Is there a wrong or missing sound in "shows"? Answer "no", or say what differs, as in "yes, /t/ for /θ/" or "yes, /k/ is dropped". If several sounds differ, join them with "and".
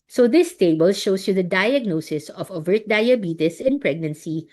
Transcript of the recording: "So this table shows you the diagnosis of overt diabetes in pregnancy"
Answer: yes, /s/ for /z/